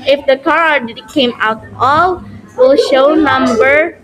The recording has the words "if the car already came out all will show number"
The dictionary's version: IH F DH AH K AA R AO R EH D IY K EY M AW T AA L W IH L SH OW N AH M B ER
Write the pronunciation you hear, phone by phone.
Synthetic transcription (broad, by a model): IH F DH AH K AA R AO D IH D K EY M AW T AA L W IH L SH OW N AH M B ER